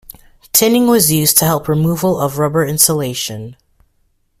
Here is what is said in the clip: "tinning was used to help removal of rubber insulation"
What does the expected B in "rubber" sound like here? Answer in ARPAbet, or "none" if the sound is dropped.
B